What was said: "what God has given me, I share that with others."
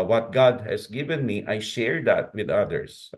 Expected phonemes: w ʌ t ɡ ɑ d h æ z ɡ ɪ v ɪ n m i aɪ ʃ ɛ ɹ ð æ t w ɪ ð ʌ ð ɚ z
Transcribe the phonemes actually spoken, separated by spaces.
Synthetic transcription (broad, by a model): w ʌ t ɡ ɑ d h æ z ɡ ɪ v ɪ n m i aɪ ʃ ɛ ɹ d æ t w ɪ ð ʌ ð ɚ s